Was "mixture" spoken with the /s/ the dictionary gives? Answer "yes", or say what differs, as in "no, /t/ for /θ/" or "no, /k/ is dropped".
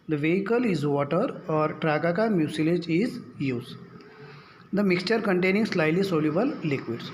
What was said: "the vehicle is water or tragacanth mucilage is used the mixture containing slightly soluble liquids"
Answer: yes